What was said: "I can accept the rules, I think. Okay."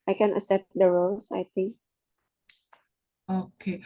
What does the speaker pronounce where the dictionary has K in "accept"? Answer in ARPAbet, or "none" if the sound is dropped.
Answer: none